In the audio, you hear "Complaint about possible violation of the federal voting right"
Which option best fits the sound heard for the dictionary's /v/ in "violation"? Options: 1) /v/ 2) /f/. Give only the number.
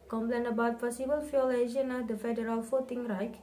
2